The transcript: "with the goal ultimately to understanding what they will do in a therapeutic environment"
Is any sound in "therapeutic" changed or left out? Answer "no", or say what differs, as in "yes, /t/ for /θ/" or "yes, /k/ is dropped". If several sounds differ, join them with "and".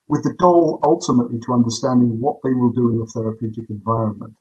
no